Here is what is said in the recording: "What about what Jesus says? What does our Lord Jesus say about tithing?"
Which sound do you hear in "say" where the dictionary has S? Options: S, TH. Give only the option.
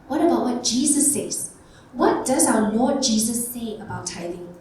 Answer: TH